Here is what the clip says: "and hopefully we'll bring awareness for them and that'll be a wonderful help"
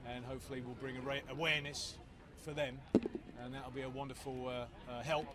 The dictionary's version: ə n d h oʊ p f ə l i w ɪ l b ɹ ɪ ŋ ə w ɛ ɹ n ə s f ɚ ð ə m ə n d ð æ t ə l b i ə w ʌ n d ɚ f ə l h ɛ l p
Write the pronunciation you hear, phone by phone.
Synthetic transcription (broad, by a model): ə n h oʊ p f ə l i w ɪ l b ɹ ɪ ŋ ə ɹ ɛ w n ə s f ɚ ð ə m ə n ð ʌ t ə l b i ə w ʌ n d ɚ f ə l h ɛ l p